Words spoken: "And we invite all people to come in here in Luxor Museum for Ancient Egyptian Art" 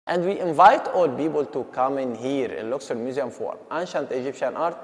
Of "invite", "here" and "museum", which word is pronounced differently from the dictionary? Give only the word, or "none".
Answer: none